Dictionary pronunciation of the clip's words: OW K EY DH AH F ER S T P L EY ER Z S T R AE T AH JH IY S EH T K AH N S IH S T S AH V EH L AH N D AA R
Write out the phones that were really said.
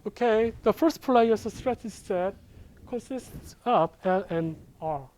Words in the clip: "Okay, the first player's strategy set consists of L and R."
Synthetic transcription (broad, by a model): OW K EY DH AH F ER S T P L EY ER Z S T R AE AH CH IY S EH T K AH N S IH S T S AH P EH L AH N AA R